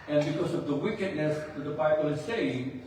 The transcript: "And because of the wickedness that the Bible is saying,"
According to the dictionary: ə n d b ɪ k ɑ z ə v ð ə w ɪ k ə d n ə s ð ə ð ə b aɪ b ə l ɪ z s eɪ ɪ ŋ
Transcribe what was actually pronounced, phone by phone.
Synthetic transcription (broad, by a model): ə n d b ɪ k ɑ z ə v ð ə w ɪ k ə d n ə s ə ð ə b aɪ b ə l ɪ z s eɪ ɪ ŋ